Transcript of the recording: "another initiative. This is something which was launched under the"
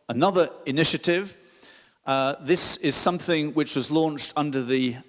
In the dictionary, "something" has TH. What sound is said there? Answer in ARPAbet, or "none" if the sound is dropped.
TH